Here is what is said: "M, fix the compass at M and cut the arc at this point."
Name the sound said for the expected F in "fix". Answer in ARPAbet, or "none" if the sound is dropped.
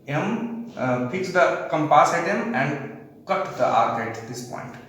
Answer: P